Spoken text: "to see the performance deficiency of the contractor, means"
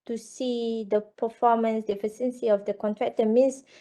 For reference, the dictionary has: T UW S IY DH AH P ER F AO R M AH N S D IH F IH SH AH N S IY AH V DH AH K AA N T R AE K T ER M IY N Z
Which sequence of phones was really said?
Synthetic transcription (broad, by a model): T UW S IY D AH P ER F AO M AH N S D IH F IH S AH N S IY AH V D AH K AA N T R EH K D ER M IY N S